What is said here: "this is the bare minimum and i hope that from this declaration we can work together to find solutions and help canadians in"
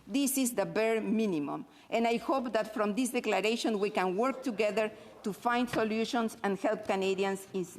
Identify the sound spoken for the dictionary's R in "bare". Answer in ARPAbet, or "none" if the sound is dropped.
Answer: R